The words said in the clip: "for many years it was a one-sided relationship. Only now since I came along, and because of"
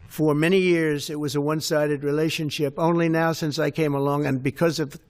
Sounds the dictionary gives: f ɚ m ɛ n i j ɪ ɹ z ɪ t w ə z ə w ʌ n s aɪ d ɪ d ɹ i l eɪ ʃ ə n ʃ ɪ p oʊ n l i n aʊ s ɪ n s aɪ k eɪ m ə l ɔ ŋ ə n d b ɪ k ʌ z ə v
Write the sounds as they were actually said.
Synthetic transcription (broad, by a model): f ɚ m ɛ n i j ɪ ɹ z ɪ t w ə z ə w ʌ n s aɪ d ɪ d ɹ i l eɪ ʃ ə n ʃ ɪ p oʊ n l i n aʊ s ɪ n s aɪ k eɪ m ə l ɔ ŋ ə n b ɪ k ʌ z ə v